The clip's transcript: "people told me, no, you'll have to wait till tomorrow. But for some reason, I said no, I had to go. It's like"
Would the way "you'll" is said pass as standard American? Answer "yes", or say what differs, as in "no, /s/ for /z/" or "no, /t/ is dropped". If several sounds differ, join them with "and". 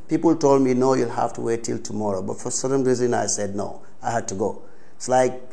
yes